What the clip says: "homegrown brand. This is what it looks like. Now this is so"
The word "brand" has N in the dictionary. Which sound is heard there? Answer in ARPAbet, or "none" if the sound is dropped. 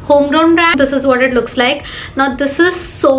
none